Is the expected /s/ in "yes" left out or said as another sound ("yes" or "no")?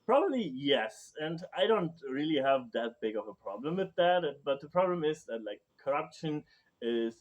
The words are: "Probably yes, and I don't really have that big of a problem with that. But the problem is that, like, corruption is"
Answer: no